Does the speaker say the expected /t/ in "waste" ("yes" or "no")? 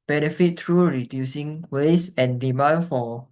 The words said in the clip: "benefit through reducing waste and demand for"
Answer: no